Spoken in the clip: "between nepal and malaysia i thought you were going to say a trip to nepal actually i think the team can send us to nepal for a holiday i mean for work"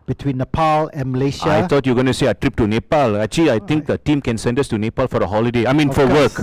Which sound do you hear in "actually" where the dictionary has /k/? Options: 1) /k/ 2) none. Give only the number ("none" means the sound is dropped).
2